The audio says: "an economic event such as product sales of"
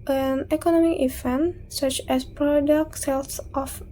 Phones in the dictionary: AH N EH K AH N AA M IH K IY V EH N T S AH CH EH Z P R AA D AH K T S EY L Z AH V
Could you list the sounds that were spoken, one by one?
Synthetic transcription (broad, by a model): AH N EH K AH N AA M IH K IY F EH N S AH CH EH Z P R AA D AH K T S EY L S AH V